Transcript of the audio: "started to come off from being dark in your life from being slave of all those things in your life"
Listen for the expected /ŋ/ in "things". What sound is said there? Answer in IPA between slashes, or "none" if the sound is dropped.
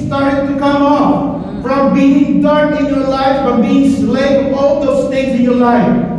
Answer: none